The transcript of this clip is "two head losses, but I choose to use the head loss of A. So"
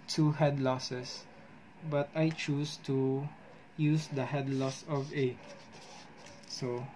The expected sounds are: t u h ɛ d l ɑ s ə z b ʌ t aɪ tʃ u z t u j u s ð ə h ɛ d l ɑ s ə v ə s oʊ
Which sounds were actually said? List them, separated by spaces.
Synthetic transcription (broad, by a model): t u h ɛ d l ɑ s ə s b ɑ t aɪ tʃ u s t u j u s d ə h ɛ d l ɑ s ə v ə s oʊ